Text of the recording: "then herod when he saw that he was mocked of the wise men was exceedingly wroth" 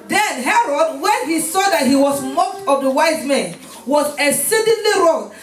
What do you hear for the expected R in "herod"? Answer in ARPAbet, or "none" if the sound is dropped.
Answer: R